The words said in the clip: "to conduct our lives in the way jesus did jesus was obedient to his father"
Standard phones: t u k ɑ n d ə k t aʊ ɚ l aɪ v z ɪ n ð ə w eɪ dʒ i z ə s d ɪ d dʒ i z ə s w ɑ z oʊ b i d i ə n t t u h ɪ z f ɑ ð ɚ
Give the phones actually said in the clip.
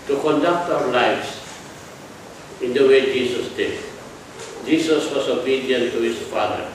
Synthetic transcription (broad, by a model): t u k ɑ n d ə k t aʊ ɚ l aɪ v s ɪ n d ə w eɪ dʒ i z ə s d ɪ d dʒ i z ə s w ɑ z oʊ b i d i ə n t t u h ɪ s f ɑ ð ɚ